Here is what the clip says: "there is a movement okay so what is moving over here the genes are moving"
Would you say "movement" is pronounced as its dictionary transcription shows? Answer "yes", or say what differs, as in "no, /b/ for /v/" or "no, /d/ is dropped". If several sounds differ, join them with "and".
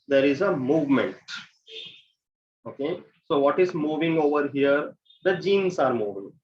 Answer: yes